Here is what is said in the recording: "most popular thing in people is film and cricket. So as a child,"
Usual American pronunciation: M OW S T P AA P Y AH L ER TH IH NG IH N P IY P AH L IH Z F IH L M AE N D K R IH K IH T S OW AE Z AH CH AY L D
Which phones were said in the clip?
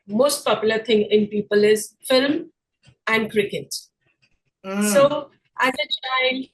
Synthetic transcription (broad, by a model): M OW S T P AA P Y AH L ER T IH NG IH N P IY P AH L IH Z F IH L M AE N D K R IH K IH T S OW AE Z AH CH AY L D